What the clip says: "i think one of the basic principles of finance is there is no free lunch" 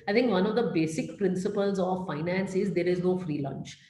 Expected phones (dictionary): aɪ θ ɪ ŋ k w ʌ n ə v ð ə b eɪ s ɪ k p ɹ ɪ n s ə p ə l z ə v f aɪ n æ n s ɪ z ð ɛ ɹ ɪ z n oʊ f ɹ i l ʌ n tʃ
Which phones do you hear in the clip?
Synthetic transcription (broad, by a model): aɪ t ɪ ŋ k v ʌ n ə v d ə b eɪ s ɪ k p ɹ ɪ n s ə p ə l z ə v f aɪ n æ n s ɪ z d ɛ ɹ ɪ z n oʊ f ɹ i l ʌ n tʃ